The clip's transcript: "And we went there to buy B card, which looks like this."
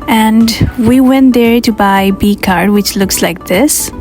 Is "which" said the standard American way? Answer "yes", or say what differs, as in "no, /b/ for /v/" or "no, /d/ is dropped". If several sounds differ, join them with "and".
yes